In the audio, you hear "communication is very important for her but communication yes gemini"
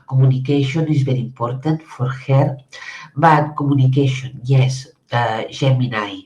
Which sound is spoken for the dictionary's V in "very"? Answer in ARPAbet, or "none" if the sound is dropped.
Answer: B